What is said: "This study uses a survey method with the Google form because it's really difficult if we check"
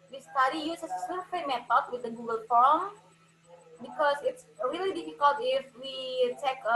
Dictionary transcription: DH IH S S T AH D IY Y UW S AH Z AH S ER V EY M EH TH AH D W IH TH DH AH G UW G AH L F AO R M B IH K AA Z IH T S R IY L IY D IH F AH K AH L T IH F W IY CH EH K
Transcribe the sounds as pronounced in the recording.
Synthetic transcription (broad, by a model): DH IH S S T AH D IY Y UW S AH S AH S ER F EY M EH T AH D W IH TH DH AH G UW G AH L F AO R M B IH K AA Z IH T S R IY L IY D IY F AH K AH L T IH F W IY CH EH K